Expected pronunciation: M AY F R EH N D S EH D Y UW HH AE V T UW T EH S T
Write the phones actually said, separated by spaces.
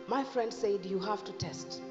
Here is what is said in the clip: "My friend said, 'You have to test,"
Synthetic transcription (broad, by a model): M AY F R EH N D S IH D Y UW HH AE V T UW T EH S T